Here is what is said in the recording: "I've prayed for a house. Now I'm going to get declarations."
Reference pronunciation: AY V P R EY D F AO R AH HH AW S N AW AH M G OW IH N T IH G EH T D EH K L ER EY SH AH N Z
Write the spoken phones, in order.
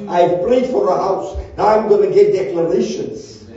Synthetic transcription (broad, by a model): AY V P L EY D F AO R AH HH AW S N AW AH M G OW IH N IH G EH T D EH K L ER EY SH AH N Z